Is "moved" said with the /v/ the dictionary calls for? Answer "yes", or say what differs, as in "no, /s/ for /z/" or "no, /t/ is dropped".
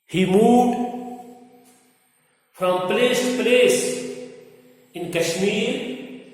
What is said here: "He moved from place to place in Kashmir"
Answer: no, /v/ is dropped